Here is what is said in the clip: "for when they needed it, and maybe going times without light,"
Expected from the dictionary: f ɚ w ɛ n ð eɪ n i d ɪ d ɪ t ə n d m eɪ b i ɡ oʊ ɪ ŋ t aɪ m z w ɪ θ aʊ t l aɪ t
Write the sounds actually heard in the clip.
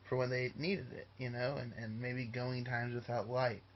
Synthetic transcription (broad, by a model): f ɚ w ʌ n ð eɪ n i d ɪ d ɪ t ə n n m eɪ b i ɡ oʊ ɪ ŋ t aɪ m z w ɪ θ aʊ t l aɪ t